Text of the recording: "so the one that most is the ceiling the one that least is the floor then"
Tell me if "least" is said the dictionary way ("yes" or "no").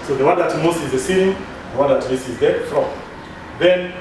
no